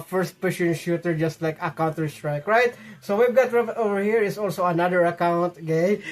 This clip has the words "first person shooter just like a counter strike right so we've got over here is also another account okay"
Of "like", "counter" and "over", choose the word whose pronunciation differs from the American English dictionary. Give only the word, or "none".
none